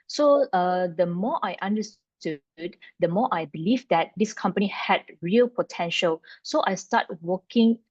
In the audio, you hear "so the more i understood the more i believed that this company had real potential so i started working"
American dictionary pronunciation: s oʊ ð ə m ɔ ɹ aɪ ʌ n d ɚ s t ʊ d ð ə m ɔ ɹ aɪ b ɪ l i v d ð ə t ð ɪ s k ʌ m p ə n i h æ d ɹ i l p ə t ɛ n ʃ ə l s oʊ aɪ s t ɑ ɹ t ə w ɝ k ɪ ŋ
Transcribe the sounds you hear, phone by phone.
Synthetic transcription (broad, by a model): s oʊ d ə m ɔ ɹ aɪ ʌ n d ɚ s t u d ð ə m ɔ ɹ aɪ b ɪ l i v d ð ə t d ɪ s k ʌ m p ə n i h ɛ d ɹ i l p ə t ɛ n ʃ ə l s oʊ aɪ s t ɑ t w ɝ k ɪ ŋ